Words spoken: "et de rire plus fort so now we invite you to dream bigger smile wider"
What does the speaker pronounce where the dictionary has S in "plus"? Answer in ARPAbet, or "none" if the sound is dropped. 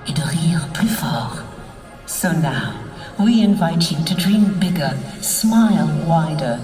none